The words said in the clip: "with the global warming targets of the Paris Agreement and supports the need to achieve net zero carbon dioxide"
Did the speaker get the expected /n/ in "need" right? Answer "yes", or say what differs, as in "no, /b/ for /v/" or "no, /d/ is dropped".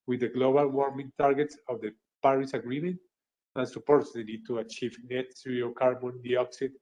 no, /l/ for /n/